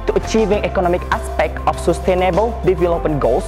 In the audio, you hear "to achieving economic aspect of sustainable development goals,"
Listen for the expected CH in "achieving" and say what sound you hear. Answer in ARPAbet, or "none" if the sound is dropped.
CH